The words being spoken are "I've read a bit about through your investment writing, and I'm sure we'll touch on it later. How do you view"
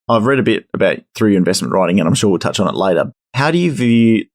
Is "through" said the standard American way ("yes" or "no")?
yes